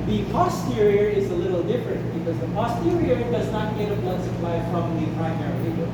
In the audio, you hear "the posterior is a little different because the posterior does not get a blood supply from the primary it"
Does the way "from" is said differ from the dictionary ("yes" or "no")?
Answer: yes